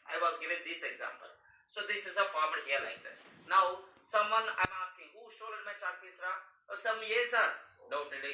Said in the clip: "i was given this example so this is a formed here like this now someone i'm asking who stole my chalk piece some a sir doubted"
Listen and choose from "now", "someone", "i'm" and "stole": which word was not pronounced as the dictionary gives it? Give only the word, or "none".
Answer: stole